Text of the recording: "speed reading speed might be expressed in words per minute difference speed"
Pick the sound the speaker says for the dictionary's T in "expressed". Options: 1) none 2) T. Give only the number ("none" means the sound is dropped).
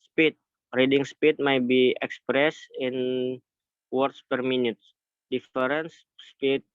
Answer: 1